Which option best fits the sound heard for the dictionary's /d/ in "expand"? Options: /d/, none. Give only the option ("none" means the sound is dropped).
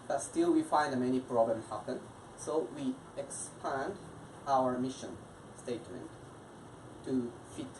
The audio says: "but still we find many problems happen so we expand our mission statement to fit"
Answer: /d/